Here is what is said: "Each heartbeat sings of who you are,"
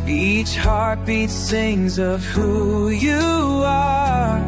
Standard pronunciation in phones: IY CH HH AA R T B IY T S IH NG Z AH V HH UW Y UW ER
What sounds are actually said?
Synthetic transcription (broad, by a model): IY CH HH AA R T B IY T TH IH NG Z AH V HH UW Y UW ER